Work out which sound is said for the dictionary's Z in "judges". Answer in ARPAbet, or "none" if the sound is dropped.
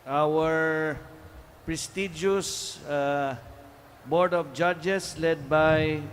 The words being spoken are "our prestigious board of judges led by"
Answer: S